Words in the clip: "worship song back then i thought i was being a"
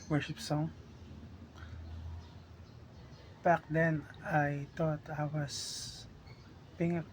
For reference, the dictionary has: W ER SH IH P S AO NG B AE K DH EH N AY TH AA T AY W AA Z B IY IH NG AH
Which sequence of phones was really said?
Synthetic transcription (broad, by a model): W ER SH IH P S AO NG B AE K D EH N AY T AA T AY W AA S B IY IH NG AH